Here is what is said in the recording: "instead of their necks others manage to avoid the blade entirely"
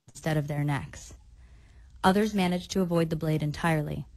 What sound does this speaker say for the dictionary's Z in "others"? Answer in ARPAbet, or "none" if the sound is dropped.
Z